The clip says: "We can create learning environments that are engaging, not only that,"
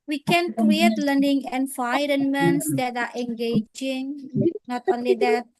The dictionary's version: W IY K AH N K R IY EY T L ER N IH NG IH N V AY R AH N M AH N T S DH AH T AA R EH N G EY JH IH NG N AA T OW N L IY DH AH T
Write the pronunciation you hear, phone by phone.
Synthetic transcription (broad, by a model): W IY K AH N K R IY EY T L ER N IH NG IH N F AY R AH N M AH N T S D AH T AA R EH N G EY JH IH NG N AA T OW N L IY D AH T